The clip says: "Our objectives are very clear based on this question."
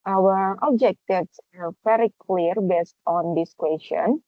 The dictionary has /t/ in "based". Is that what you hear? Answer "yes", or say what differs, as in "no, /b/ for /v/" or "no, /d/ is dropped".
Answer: yes